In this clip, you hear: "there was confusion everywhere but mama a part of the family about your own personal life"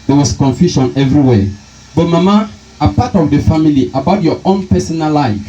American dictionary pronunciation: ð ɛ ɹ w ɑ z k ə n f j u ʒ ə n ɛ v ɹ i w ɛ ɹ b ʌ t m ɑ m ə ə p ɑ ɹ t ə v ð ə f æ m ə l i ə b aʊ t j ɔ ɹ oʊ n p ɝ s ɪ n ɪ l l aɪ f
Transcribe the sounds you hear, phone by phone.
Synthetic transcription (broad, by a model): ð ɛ w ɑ s k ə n f j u ʃ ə n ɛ v ɹ i w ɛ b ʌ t m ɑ m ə ə p ɑ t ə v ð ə f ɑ m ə l i ə b aʊ t j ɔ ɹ oʊ n p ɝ s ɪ n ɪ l l aɪ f